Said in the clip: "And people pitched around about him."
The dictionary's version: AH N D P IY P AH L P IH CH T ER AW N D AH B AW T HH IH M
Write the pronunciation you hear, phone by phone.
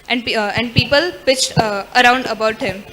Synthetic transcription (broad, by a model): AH N D P IY P AH L P IH CH T ER AW N D AH B AW T HH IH M